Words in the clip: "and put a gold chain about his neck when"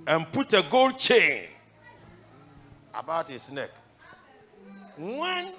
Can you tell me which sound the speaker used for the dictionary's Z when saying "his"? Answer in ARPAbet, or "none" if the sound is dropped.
S